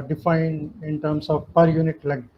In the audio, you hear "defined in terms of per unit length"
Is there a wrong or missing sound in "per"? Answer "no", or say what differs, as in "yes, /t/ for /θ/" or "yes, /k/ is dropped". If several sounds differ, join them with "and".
no